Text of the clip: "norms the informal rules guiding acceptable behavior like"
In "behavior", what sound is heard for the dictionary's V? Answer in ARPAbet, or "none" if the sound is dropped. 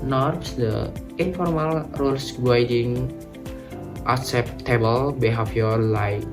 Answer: F